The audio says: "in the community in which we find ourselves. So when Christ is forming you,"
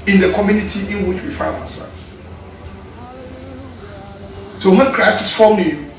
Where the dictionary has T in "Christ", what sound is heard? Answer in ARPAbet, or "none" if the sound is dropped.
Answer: none